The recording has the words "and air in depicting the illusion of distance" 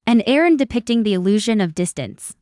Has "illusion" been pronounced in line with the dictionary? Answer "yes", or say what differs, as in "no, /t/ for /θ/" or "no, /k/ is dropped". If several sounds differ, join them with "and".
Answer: yes